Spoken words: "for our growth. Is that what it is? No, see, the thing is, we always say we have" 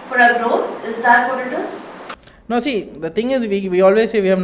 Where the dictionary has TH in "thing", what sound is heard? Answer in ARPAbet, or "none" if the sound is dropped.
T